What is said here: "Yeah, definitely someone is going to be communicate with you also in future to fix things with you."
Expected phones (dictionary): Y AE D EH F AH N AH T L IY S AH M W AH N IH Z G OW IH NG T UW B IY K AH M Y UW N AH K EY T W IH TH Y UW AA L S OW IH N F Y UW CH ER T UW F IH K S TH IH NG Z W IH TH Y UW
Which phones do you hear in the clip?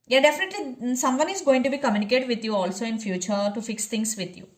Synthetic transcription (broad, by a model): Y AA D EH F AH N AH T L IY S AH M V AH N IH Z G OW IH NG T UW B IY K AH M Y UW N AH K EY T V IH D Y UW AA L S OW IH N F Y UW CH ER T UW F IH K S T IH NG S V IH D Y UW